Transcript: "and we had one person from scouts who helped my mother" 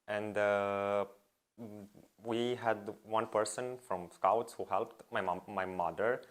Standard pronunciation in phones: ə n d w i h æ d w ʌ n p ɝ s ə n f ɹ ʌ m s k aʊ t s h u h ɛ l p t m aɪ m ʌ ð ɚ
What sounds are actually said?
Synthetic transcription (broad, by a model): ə n d w i h æ d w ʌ n p ɝ s ə n f ɹ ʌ m s k aʊ t s h u h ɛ l p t m aɪ m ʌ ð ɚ